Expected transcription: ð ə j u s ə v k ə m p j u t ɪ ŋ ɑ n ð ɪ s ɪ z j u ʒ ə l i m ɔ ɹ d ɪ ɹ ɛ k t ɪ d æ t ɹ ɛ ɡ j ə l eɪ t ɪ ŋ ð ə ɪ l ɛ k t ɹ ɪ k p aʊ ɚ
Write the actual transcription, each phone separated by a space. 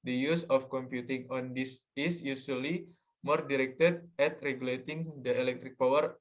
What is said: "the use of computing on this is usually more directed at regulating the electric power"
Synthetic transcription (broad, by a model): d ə j u s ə f k ə m p j u t ɪ ŋ ɑ n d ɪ s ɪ s j u s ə l i m ɔ ɹ d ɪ ɹ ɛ k t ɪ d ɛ t ɹ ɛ ɡ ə l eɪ t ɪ ŋ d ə ɪ l ɛ k t ɹ ɪ k p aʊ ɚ